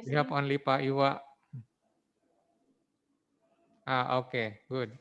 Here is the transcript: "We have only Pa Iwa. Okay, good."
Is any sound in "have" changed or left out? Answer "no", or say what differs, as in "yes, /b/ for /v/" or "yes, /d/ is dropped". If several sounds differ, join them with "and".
yes, /p/ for /v/